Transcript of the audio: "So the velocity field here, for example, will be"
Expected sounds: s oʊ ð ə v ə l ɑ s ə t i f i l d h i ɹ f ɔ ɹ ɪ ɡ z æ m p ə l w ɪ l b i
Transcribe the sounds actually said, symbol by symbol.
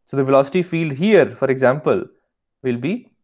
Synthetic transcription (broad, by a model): s oʊ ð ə v ə l ɑ s ə t i f i l d h i ɹ f ɔ ɹ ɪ ɡ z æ m p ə l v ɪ l b i